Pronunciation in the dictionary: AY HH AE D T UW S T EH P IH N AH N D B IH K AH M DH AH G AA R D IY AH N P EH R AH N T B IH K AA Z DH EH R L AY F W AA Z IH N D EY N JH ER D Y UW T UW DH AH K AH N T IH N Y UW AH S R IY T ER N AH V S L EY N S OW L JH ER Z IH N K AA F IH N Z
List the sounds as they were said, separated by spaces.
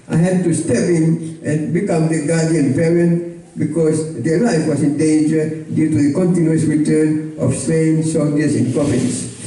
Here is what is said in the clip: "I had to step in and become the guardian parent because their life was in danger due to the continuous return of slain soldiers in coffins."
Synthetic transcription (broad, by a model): AY HH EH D T UW S T EH P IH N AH N B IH K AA M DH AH G AA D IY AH N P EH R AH N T B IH K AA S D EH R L AY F W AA S IH N D EY N JH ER D Y UW T UW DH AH K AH N T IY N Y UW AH S R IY T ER N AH F S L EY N S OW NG JH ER S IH N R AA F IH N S